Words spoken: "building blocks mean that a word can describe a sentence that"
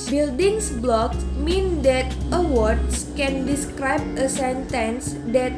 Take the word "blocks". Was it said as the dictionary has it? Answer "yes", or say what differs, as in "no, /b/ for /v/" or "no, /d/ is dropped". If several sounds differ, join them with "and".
no, /s/ is dropped